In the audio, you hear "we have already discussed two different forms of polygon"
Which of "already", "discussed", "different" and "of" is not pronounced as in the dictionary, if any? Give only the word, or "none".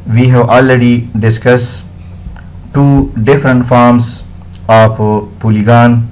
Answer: of